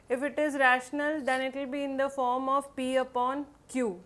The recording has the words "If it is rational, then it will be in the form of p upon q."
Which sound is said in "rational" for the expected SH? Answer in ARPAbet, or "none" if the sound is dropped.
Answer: SH